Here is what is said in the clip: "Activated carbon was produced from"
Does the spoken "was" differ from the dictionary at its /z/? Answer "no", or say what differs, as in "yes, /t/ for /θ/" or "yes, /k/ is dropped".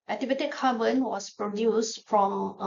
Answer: yes, /s/ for /z/